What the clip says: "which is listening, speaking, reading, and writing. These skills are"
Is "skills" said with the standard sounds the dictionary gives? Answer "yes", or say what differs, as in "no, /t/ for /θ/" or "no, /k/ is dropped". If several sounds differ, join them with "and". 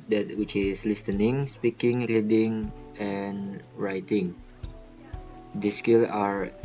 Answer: no, /z/ is dropped